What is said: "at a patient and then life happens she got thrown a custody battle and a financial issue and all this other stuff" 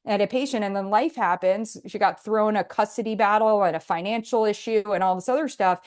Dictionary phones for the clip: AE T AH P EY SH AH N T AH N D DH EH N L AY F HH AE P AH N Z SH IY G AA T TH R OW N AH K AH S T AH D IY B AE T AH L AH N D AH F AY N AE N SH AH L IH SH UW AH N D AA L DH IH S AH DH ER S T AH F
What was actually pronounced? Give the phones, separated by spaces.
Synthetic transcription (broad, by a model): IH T AH P EY SH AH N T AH N DH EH N L AY F HH AE P AH N Z SH IY G AA T TH R OW N AH K AH S T AH D IY B AE T L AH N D AH F AY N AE N SH L IH SH UW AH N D AA L DH IH S AH DH ER S T AH F